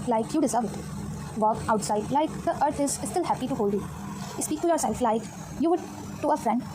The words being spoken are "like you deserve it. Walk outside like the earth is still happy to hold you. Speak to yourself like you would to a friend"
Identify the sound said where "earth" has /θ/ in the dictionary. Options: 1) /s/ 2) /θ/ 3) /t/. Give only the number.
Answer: 3